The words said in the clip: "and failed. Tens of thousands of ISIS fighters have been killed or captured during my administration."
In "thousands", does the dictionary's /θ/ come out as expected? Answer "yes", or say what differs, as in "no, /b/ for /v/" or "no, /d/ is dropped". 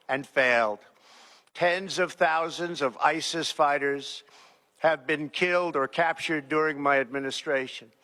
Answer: yes